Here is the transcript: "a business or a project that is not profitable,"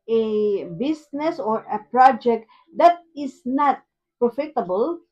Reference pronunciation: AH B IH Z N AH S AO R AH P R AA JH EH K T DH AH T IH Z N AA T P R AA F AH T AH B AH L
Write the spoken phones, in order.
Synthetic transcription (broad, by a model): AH B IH S N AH S AO R AH P R AA JH EH K T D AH T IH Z N AA T P R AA F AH T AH B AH L